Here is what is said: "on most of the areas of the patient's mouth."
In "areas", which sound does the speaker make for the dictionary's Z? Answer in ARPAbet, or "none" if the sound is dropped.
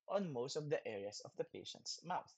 S